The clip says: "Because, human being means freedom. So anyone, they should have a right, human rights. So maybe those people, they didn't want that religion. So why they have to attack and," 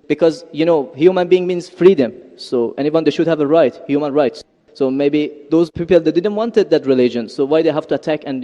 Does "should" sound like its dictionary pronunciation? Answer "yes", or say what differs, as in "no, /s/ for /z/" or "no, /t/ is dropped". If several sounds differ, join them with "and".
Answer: yes